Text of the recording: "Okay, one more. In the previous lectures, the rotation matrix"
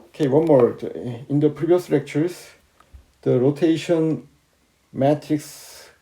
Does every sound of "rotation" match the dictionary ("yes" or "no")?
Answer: yes